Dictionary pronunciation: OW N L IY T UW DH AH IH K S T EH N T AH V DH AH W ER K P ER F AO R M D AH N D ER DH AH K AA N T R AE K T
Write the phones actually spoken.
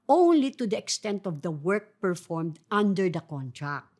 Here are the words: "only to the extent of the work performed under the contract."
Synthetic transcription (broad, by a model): OW N L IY T UW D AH IH K S T EH N T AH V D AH W ER K P ER F AO R M D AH N D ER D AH K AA N T R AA K T